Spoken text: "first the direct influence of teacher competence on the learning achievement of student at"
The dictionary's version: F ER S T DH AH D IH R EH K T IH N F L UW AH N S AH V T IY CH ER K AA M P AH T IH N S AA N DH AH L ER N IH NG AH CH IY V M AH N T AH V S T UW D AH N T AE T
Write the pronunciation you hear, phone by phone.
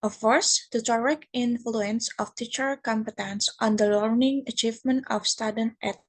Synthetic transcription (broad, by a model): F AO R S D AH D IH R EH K IH N F L UW AH N S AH F T IY CH ER K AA M P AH T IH N S AA N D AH L ER N IH NG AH CH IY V M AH N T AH F S T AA D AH N T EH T